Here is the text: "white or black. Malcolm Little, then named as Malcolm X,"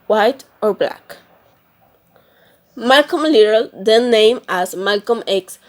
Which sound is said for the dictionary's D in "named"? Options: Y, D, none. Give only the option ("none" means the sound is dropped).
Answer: none